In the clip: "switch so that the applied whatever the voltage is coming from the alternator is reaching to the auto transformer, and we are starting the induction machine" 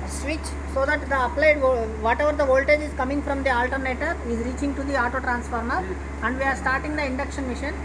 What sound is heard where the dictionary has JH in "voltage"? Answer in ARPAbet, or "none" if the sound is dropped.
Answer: JH